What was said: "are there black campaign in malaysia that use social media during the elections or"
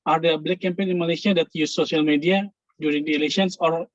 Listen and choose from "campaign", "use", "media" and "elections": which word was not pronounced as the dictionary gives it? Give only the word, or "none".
elections